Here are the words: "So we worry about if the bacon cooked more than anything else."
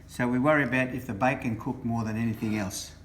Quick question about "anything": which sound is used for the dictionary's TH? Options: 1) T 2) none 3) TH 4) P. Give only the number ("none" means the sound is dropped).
3